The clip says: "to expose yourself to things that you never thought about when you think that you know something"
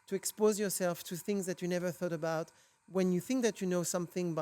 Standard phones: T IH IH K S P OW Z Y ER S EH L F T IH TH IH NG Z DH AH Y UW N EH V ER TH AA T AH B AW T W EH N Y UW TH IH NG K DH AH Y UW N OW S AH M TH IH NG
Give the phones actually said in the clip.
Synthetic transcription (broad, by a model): T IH IH K S P OW Z Y ER S EH L F T IH TH IH NG Z DH AH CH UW N EH V ER TH AA T AH B AW T W EH N Y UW TH IH NG K DH AH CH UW N OW S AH M TH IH NG